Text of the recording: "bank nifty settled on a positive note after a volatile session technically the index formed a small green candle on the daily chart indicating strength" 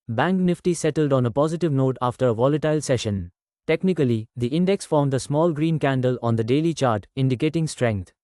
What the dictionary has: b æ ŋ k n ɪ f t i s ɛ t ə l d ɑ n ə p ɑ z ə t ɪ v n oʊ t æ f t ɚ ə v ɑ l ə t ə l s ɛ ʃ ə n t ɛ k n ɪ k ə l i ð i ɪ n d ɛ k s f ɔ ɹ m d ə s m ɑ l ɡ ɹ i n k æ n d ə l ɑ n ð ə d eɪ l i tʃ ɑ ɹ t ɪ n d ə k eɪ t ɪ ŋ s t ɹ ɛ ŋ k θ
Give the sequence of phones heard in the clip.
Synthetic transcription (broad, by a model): b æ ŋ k n ɪ f t i s ɛ t ə l d ɑ n ə p ɑ z ə t ɪ v n oʊ t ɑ f t ɚ ə v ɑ l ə t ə l s ɛ ʃ ə n t ɛ k n ɪ k ə l i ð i ɪ n d ɛ k s f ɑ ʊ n d ə s m ɑ l ɡ ɹ i n k æ n d ə l ɑ n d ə d eɪ l i tʃ ɑ ɹ t ɪ n d ə k eɪ t ɪ ŋ s t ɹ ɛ ŋ k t